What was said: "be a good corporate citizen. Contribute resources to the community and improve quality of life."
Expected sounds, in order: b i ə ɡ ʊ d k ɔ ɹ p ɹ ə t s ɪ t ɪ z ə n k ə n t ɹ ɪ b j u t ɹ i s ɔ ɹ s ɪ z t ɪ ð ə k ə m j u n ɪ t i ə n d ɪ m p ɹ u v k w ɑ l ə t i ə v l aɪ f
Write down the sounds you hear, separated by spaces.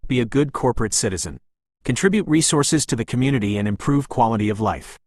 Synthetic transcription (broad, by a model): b i ə ɡ ʊ d k ɔ ɹ p ɹ ə t s ɪ t ɪ z ə n k ə n t ɹ ɪ b j u t ɹ i s ɔ ɹ s ɪ z t ɪ ð ə k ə m j u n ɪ t i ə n ɪ m p ɹ u v k w ɑ l ə t i ə v l aɪ f